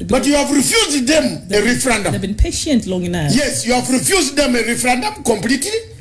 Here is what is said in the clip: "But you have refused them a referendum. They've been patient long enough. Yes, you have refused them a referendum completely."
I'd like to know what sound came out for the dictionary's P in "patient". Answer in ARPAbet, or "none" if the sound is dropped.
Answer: P